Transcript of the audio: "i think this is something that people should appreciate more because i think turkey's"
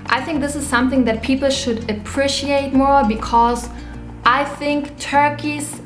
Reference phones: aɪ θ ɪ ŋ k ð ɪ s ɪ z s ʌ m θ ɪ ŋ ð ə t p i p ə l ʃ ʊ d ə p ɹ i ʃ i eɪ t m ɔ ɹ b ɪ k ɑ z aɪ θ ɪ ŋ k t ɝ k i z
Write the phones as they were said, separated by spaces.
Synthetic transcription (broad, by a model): aɪ θ ɪ ŋ k ð ɪ s ɪ z s ʌ m θ ɪ ŋ ð ə t p i p l ʃ ʊ d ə p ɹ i ʃ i eɪ t m ɔ ɹ b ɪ k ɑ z aɪ θ ɪ ŋ k t ɝ k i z